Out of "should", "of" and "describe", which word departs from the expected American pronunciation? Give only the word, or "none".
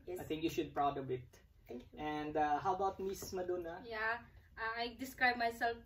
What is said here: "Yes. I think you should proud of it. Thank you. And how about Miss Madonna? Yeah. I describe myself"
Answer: of